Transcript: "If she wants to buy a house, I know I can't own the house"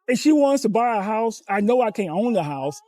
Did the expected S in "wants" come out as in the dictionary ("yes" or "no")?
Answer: yes